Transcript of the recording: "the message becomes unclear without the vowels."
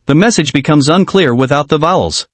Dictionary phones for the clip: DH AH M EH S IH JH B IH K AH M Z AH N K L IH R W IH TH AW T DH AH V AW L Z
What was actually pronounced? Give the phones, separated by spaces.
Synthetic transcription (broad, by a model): DH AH M EH S IH JH B IH K AH M Z AH N K L IH R W IH TH AW T DH AH V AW L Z